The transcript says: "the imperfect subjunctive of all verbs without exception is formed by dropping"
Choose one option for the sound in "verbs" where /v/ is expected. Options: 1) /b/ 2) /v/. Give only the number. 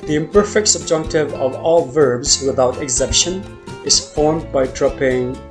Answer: 2